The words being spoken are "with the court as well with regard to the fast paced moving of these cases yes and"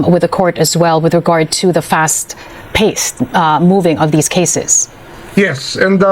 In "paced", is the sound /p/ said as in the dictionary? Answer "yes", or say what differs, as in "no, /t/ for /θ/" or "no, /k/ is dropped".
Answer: yes